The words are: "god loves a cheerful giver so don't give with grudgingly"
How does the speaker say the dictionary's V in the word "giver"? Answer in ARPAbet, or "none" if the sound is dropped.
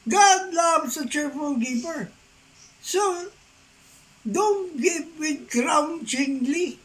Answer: P